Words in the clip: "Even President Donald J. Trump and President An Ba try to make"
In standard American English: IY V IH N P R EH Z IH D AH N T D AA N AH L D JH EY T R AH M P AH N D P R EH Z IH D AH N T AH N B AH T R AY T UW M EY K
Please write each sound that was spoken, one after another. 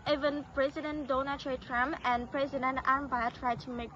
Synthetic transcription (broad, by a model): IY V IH N P R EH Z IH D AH N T D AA N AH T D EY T R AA M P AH N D P R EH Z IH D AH N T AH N B AH T R AY T UW M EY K